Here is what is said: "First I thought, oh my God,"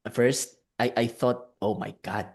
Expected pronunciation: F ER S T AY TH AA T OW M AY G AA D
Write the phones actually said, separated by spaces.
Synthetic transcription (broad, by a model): F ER S T AY TH AA T OW M AY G AA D